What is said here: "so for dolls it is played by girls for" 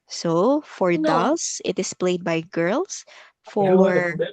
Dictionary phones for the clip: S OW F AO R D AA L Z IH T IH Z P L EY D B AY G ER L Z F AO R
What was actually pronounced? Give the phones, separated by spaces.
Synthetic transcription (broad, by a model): S OW F AO R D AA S IH T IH S P L EY D B AY G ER L S F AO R